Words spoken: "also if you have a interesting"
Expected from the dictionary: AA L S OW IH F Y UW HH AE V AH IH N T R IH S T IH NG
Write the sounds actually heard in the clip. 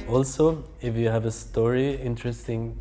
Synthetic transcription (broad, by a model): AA L S OW IH F Y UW HH AE V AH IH N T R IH S T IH NG